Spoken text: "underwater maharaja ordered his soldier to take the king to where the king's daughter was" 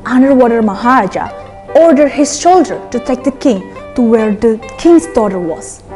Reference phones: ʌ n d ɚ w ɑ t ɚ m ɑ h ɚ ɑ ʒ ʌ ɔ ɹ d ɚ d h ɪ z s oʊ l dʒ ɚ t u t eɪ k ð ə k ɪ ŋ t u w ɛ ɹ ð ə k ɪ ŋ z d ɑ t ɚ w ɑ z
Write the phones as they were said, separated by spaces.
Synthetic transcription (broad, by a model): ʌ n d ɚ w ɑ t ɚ m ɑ h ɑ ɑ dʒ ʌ ɔ ɹ d ɚ d h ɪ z ʃ oʊ l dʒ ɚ t u t eɪ k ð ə k ɪ ŋ t u w ɛ ɹ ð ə k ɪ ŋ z d ɑ t ɚ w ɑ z